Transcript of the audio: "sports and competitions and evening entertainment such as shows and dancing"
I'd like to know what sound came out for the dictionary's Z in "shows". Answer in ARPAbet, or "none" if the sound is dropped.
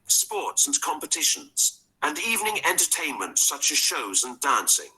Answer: Z